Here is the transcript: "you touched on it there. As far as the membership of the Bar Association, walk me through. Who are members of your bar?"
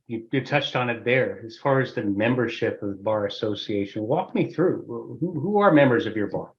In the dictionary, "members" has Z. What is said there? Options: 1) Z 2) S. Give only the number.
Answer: 1